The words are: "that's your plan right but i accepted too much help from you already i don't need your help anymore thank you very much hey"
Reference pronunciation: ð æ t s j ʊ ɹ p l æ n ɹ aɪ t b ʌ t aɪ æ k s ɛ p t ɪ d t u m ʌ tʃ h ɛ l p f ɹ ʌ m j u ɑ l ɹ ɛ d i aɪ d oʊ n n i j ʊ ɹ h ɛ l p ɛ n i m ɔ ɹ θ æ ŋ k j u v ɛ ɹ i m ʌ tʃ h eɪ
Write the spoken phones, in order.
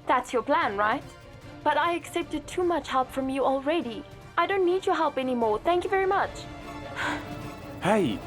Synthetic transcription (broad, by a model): ð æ t s j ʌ ɹ p l æ n ɹ aɪ t b ʌ t aɪ æ k s ɛ p t ɪ d t u m ʌ tʃ h ɛ l p f ɹ ʌ m j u ɑ l ɹ ɛ d i aɪ d oʊ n n i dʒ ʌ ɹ h ɛ l p ɛ n i m ɔ ɹ θ æ ŋ k j u v ɛ ɹ i m ʌ tʃ h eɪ